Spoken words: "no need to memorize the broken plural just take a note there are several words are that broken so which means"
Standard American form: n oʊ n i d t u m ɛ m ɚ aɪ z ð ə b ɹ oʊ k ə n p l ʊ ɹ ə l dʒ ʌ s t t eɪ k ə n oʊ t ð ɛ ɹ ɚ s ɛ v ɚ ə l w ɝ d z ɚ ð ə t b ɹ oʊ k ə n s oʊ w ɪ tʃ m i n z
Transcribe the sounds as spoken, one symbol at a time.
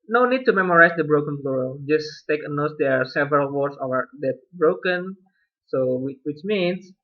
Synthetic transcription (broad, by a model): n oʊ n i d t u m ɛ m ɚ aɪ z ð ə b ɹ oʊ k ə n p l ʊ ɹ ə dʒ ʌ s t t eɪ k ə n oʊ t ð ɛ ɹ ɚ s ɛ v ɚ ə l w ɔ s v ɚ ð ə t b ɹ oʊ k ə n s oʊ w ɪ tʃ m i n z